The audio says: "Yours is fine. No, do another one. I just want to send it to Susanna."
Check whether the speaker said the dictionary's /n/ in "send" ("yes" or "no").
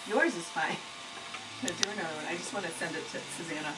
yes